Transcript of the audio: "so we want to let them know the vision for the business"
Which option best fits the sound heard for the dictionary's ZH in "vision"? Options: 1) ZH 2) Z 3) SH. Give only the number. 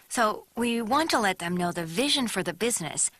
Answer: 1